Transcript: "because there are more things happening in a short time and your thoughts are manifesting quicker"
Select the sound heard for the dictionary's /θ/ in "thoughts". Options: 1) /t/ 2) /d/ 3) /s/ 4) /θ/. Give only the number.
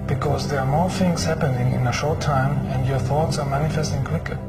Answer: 4